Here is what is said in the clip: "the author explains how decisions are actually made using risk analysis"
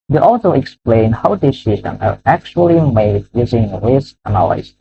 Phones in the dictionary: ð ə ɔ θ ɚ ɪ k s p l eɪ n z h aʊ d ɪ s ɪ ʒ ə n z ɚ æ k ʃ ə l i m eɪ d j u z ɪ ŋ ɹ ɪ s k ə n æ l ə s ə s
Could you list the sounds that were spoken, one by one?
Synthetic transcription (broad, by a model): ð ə ɔ s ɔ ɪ k s p l eɪ n h aʊ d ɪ s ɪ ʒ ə n ɚ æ k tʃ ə l i m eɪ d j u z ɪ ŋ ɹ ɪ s ə n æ l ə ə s